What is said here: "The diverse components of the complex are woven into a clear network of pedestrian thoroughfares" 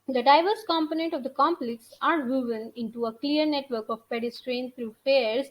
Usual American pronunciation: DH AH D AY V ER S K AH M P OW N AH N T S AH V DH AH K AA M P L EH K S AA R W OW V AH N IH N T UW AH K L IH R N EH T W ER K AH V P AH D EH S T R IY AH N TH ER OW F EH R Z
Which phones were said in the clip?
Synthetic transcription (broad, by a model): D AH D AY V ER S K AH M P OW N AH N T AH V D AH K AA M P L EH K S AA R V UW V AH N IH N T UW AH K L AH R N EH T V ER K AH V P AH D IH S T R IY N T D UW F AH R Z